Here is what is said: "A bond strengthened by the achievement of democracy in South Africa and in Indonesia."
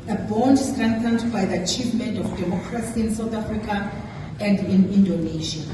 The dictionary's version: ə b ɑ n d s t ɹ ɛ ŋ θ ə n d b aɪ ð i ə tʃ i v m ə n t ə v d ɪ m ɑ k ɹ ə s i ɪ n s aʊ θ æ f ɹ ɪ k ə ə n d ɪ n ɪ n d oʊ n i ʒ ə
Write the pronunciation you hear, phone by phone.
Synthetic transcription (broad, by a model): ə b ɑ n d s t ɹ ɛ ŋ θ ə n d b aɪ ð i ə tʃ i v m ə n t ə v d ɪ m ɑ k ɹ ə s i ɪ n s aʊ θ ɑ f ɹ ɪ k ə ə n d ɪ n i n d oʊ n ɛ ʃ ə